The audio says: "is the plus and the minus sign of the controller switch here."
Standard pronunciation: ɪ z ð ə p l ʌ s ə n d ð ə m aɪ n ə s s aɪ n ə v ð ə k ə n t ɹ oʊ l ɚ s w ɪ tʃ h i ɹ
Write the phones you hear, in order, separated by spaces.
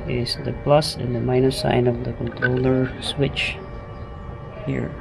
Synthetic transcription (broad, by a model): ɪ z ð ə p l ʌ s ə n ð ə m aɪ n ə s s aɪ n ə v ð ə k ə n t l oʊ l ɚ s w ɪ tʃ h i ɹ